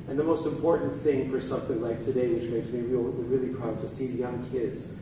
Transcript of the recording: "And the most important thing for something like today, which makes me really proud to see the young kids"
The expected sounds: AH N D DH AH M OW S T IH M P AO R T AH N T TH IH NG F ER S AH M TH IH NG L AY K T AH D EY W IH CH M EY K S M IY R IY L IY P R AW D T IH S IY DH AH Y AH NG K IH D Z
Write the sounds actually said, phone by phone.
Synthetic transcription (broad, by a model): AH N DH AH M OW S T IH M P AO R T N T TH IH NG F ER S AH M TH IH NG L AY K T AH D EY W IH CH M EY K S M IY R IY L IY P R AW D T IH S IY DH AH Y AH NG K IH D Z